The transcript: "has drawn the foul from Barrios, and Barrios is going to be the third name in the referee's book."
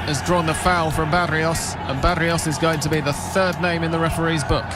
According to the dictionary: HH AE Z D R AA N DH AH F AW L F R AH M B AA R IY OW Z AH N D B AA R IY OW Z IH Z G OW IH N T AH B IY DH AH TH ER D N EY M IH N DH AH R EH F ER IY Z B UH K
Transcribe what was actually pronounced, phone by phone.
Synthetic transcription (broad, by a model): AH Z D R AA N DH AH F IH L F R AH M B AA R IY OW S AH N B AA R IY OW S IH Z G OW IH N T AH B IY DH AH TH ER D N EY M IH N DH AH R EH F ER IY Z B UH K